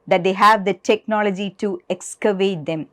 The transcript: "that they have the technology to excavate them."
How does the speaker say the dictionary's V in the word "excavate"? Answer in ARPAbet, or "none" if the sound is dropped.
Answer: V